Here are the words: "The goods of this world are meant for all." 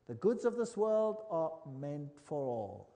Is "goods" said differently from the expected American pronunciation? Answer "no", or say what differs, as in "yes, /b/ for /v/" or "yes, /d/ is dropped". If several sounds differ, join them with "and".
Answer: no